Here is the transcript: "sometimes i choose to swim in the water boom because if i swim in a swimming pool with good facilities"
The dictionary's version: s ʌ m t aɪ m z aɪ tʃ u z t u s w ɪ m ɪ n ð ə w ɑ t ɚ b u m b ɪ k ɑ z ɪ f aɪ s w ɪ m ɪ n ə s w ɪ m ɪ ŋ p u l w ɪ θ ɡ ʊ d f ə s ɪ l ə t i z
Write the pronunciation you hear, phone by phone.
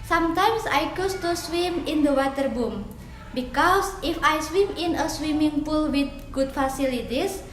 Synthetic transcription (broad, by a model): s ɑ m t aɪ m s aɪ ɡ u s t u s w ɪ m ɪ n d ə w ɑ t ɚ b u m b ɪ k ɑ s ɪ f aɪ s w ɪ m ɪ n ə s w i m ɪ ŋ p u l w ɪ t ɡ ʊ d f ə s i l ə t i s